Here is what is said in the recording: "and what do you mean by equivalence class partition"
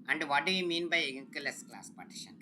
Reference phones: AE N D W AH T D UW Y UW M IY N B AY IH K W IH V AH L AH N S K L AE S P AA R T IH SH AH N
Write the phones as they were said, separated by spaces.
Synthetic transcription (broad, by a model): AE N D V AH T D UW Y UW M IY N B AY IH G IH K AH L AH S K L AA S P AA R T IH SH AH N